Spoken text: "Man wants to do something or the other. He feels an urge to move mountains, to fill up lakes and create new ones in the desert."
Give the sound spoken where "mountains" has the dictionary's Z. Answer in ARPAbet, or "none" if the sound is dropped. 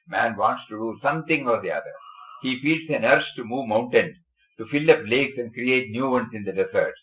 none